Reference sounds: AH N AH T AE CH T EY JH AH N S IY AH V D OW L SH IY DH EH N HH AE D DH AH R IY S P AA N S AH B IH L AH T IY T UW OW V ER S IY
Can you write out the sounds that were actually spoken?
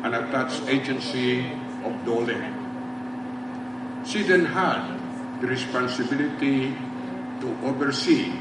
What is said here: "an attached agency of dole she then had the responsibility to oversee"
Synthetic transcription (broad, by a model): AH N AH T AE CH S EY JH AH N S IY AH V D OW L S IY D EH N HH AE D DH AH R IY S P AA N S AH B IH L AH T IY T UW OW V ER S IY